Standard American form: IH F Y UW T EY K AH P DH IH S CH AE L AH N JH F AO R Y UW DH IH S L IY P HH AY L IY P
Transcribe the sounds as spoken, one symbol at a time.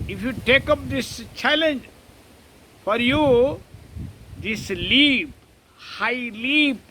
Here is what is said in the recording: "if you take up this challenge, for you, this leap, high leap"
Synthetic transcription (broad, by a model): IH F Y UW T EY K AH P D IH S CH AE L AH N JH F AO R Y UW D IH S L IY P HH AY L IY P